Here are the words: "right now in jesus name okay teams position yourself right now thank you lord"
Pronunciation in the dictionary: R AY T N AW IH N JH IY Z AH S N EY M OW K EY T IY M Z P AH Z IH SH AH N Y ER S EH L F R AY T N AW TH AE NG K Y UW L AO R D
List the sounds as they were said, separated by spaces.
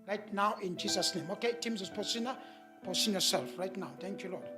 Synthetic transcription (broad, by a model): R AY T N AW IH N JH IY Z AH S N EY M OW K EY T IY M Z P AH S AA S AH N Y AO S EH L F R AY T N AW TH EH NG K Y UW L AO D